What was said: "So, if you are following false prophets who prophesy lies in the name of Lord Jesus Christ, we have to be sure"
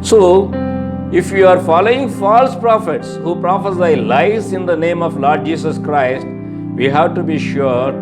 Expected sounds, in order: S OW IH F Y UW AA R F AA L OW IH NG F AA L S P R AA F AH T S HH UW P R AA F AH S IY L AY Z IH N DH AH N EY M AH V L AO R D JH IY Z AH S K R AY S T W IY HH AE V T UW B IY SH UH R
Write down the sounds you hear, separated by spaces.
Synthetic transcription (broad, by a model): S OW IH F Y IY AA R F AA L OW IH NG F AA L S P R AA F AH T S HH UW P R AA F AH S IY L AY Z IH N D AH N EY M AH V L AO R D JH IY S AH S K R AY S T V IY HH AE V T UW B IY SH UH R